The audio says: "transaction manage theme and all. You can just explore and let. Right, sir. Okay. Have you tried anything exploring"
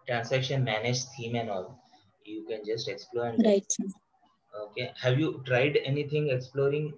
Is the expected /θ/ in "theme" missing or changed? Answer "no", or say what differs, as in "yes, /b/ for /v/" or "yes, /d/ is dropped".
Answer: yes, /s/ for /θ/